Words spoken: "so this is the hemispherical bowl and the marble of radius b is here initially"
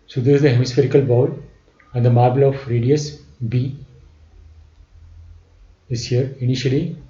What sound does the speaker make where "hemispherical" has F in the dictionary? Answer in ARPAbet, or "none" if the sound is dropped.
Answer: F